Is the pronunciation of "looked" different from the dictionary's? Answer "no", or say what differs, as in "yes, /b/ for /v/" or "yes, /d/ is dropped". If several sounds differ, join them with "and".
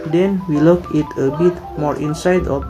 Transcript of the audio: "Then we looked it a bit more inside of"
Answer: yes, /t/ is dropped